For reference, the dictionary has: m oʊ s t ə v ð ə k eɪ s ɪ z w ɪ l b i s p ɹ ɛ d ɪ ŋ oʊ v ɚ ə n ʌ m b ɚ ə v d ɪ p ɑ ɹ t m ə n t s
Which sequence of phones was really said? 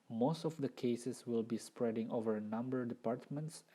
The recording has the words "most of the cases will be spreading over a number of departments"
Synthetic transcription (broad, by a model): m oʊ s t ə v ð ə k eɪ s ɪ s w ɪ l b i s p ɹ ɛ d ɪ ŋ oʊ v ɚ n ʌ m b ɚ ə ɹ d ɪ p ɑ ɹ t m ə n t s